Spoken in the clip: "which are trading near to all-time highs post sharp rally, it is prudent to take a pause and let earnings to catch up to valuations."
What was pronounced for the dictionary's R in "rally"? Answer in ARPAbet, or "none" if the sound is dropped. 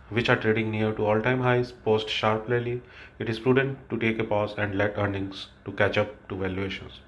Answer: L